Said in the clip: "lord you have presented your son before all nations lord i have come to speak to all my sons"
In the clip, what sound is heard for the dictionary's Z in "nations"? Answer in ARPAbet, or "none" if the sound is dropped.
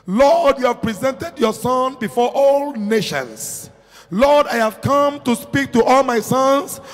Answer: S